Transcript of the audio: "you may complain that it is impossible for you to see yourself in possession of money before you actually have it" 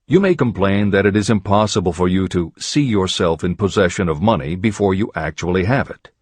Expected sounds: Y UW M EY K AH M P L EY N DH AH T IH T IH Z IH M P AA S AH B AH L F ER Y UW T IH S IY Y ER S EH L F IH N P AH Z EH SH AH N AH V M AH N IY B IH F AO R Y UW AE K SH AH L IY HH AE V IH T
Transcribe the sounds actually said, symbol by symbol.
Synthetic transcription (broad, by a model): Y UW M EY K AH M P L EY N DH AH T IH T IH Z IH M P AA S AH B AH L F ER Y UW T IH S IY Y ER S EH L F IH N P AH Z EH SH AH N AH V M AH N IY B IH F AO R Y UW AE K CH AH L IY HH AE V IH T